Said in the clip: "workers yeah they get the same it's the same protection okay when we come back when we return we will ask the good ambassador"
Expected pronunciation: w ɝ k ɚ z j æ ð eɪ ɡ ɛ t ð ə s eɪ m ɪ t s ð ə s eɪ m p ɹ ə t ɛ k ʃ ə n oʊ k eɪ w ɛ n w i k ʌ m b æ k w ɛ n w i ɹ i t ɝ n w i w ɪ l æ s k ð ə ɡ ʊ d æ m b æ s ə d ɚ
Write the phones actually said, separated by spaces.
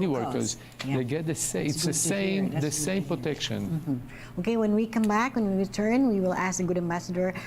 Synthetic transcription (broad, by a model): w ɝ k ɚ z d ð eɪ ɡ ɛ t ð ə s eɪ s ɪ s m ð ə s eɪ m p ɹ ə t ɛ k ʃ ə n oʊ k eɪ w ɛ n w i k ʌ m b æ k w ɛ n w i ɹ i t ɝ n w i w ɪ l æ s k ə ɡ ʊ d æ m b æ s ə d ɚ